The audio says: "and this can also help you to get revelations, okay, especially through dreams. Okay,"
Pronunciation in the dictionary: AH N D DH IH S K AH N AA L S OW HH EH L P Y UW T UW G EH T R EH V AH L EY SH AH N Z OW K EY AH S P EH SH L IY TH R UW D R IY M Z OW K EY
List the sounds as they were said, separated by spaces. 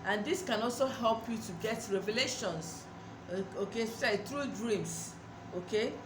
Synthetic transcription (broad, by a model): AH N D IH S K AH N AA L S OW HH EH L P Y UW T UW G EH T R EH V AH L EY SH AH N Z OW K EY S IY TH R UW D R IY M S OW K EY